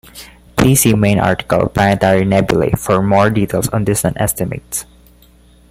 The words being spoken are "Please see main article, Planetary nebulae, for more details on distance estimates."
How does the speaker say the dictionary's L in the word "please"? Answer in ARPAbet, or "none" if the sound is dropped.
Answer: none